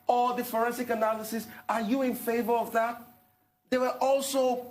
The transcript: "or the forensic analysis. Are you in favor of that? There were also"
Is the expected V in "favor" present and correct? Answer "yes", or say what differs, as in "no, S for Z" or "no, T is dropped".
yes